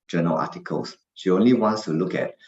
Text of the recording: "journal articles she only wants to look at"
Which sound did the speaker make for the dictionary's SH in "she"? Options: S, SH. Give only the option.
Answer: SH